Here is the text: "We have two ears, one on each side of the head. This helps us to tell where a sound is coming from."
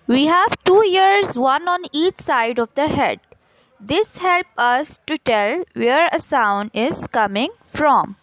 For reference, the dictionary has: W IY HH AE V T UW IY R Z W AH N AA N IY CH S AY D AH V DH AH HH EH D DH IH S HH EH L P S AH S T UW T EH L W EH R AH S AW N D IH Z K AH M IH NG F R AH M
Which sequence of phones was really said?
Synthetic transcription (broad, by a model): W IY HH AE V T UW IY R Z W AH N AA N IY CH S AY D AH V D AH HH EH D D IH S HH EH L P AH S T UW T EH L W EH R AH S AW N D IH Z K AH M IH NG F R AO M